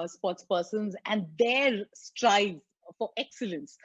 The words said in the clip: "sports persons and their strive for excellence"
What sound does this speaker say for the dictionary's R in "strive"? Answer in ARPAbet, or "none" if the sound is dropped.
R